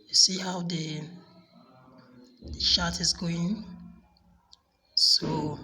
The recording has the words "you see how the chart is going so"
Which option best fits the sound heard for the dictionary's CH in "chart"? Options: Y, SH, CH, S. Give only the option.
SH